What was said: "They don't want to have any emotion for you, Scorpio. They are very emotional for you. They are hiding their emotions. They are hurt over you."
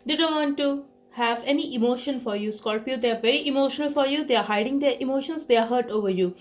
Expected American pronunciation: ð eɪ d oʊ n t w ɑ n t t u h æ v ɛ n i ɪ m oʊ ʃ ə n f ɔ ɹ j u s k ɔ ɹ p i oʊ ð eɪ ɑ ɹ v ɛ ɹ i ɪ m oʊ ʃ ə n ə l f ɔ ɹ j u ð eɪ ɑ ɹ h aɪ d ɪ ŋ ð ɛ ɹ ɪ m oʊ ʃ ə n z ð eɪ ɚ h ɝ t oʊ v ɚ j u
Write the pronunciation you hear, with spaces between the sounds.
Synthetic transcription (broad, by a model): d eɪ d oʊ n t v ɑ n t t u h æ v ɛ n i ɪ m oʊ ʃ ə n f ɔ ɹ j u s k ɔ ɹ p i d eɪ ɑ ɹ v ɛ ɹ i ɪ m oʊ ʃ ə n ə l f ɔ ɹ j u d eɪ ɑ ɹ h aɪ d ɪ ŋ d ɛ ɹ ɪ m oʊ ʃ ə n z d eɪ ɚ h ɝ t oʊ v ɚ j u